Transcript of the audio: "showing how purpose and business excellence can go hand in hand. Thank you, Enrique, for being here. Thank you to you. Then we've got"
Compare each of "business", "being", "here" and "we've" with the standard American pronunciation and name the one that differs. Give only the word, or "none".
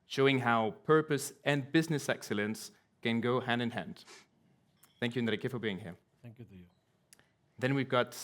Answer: none